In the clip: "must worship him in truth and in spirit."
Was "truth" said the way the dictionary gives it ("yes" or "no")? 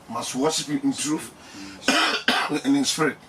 no